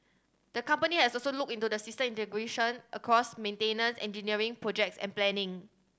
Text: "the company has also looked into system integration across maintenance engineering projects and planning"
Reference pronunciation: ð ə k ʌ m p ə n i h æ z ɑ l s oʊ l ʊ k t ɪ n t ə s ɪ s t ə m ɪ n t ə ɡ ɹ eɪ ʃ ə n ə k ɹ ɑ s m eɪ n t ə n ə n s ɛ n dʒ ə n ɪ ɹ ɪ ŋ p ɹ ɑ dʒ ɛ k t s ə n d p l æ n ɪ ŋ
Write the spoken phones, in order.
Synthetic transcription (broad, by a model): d ə k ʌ m p ə n i h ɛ s ɑ l s oʊ l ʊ k ɪ n t ə s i s t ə m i n t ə ɡ ɹ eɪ ʃ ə n ə k ɹ ɑ s m eɪ n t ə n ə n s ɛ n dʒ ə n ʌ ɹ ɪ ŋ p ɹ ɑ dʒ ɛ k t s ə n p l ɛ n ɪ ŋ